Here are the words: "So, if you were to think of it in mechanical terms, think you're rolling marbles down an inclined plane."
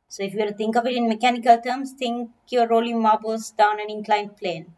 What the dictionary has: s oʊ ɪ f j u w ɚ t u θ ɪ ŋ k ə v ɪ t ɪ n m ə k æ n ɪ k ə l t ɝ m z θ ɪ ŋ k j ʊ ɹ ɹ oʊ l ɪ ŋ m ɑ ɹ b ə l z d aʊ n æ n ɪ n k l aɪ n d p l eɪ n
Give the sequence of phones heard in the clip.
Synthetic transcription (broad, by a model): s oʊ ɪ f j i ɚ t u t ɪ ŋ k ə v ɪ t ɪ n m ə k æ n ɪ k ə l t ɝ m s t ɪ ŋ k j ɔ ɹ ɹ oʊ l ɪ ŋ m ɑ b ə l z d aʊ n æ n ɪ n k l aɪ n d p l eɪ n